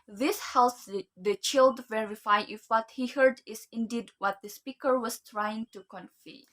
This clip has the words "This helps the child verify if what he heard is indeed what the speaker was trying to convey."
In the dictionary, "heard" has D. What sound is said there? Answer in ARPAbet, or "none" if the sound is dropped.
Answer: D